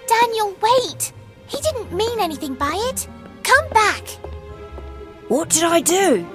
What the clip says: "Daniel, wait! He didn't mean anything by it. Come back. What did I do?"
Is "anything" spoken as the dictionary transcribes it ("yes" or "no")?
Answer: yes